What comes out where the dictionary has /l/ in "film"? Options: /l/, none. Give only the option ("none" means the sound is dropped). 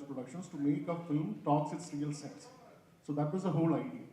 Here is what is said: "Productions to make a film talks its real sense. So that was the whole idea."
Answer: /l/